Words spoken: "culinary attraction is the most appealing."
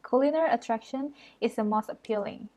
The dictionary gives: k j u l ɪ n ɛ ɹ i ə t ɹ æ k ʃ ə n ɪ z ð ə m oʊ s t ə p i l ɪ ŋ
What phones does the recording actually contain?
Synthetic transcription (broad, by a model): k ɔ l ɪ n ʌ ɹ ə t ɹ æ k ʃ ə n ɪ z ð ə m oʊ s t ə p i l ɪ ŋ